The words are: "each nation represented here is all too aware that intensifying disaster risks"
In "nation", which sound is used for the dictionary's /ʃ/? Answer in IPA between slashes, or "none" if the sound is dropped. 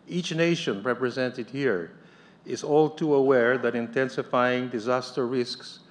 /ʃ/